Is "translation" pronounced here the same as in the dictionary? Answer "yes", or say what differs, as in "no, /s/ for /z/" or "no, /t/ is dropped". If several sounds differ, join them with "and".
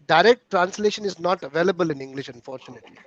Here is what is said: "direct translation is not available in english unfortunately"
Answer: yes